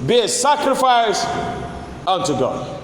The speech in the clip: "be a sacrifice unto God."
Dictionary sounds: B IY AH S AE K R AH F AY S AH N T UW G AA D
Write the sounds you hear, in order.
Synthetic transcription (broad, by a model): B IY AH S AE K R AH F AY S AH N T UW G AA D